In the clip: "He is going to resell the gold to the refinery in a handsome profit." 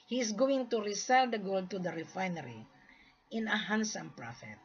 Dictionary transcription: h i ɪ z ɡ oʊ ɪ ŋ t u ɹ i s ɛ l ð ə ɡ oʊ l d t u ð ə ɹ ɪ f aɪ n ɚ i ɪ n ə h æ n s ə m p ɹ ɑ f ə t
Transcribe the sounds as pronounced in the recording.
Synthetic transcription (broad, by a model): h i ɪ s ɡ oʊ ɪ ŋ t u ɹ i s ɛ l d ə ɡ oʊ l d t u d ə ɹ ɪ f aɪ n ɚ i ɪ n ə h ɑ n s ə m p ɹ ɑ f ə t